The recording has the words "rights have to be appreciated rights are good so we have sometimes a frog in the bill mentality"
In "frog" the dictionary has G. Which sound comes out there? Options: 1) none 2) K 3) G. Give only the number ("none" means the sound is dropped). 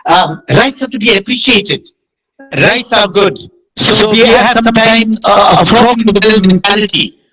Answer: 1